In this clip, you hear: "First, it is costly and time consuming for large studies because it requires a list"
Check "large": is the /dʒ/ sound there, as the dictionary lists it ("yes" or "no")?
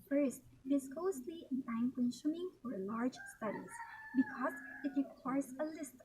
yes